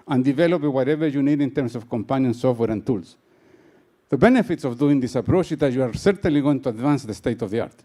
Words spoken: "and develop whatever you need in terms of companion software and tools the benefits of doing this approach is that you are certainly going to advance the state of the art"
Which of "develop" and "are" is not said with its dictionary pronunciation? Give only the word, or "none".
none